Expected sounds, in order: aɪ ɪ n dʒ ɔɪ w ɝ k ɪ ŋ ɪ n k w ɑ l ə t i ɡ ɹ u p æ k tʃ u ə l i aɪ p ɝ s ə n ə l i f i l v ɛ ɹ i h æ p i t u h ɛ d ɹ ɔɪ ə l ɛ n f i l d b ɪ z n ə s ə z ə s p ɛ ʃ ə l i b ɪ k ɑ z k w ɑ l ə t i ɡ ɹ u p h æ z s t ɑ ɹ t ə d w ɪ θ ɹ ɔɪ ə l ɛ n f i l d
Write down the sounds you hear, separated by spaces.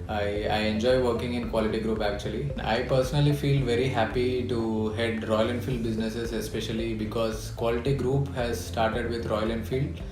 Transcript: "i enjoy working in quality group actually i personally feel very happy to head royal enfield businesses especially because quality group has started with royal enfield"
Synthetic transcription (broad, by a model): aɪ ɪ n dʒ ɔɪ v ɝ k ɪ ŋ ɪ n k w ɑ l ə t i ɡ ɹ u p æ k tʃ u ə l i aɪ p ɝ s ə n ə l i f i l v ɛ ɹ i h æ p i t u h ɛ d ɹ ɔɪ ə l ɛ n f i l d b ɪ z n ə s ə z ə s p ɛ ʃ ə l i b ɪ k ɑ z k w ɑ l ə t i ɡ ɹ u p h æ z s t ɑ ɹ t ə d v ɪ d ɹ ɔɪ ə l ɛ n f i l d